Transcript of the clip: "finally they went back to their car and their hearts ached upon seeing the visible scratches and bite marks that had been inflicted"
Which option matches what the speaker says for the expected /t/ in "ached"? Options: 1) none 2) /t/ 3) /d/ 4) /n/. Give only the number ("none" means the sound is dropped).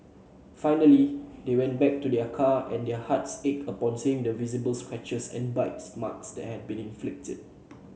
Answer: 1